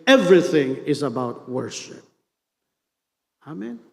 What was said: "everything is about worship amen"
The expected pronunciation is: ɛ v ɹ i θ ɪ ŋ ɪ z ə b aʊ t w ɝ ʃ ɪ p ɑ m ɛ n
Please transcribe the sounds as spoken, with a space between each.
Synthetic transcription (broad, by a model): ɛ v ɹ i θ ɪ ŋ ɪ z ə b aʊ t w ɝ ʃ ɪ p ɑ m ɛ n